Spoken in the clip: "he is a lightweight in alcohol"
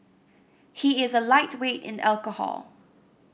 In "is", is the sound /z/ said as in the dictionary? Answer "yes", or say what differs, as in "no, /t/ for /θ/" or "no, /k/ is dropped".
yes